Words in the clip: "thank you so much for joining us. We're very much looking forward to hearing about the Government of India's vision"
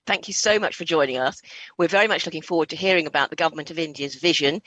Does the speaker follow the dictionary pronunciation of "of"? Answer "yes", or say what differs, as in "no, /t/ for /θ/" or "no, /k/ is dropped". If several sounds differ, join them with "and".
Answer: yes